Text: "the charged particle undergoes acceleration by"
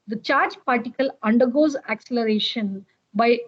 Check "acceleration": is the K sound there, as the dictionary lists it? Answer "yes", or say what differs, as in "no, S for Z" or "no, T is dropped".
yes